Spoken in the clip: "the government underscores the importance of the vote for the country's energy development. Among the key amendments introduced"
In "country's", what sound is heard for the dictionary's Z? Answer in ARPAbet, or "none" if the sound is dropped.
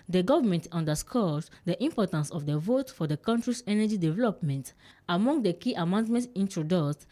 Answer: S